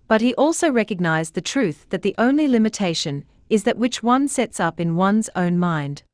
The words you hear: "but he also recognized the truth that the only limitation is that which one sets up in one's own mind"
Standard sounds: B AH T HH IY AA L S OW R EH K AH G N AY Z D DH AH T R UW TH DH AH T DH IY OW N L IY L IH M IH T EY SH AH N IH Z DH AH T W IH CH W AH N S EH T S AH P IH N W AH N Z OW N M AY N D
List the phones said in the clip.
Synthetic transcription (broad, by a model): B AH T HH IY AA L S OW R EH K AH G N AY Z DH AH T R UW TH DH AH T DH IY OW N L IY L IH M IH T EY SH AH N IH Z DH AH T W IH CH W AH N S EH T S AH P IH N W AH N Z OW N M AY N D